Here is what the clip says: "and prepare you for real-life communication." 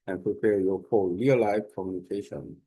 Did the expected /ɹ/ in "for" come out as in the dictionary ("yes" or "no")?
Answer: no